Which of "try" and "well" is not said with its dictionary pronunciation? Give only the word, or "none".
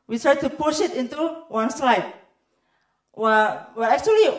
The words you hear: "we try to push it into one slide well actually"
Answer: well